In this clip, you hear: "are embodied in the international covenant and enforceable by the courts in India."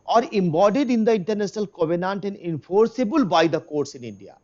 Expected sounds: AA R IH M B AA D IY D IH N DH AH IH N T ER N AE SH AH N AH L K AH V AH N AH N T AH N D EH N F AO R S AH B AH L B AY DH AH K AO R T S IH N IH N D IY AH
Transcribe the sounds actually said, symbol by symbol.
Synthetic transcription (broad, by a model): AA R IH M B AA D IY D IH N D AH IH N T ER N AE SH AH N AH L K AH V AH N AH N T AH N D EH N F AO R S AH B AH L B AY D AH K AO R T S IH N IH N D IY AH